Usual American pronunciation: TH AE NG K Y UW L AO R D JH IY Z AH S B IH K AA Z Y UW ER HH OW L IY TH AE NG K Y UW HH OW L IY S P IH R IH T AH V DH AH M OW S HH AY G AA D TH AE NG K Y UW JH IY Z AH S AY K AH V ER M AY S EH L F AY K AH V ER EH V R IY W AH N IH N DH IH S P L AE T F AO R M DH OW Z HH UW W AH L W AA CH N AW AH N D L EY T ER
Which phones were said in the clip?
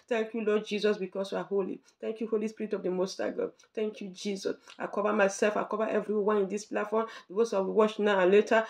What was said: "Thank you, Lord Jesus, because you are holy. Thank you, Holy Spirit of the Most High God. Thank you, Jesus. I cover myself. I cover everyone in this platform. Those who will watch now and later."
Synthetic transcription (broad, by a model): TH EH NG K Y UW L AO D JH IY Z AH S B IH K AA S Y UW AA HH OW L IY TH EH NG K Y UW HH OW L IY S P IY R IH T AH V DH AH M OW S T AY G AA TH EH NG K Y UW JH IY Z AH S AY K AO V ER M AY S EH L F AY K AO V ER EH V R IY W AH N IH N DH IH S P L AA T F AO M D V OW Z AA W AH W AA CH N AW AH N L EY T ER